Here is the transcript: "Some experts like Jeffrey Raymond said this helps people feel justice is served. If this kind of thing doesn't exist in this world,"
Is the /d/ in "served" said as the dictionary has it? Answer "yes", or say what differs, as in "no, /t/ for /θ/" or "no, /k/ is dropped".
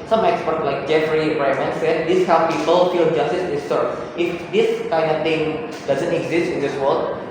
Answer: no, /d/ is dropped